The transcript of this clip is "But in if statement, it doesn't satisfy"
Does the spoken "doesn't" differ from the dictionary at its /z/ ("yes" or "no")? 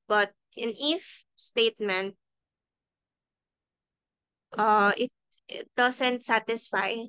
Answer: yes